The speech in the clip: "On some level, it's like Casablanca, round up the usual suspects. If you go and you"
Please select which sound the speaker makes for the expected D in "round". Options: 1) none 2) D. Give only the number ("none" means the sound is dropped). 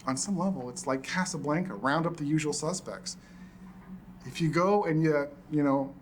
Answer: 2